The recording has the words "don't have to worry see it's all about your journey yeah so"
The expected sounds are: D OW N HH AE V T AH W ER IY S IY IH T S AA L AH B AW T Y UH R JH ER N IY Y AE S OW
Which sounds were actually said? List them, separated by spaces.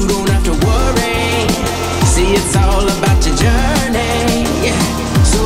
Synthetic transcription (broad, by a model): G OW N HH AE F T AH W ER IY S IY IH T S AA L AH B AW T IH JH ER N IY Y AE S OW